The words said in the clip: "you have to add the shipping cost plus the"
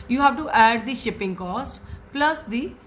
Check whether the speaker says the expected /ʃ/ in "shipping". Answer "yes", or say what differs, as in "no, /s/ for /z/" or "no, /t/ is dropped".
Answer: yes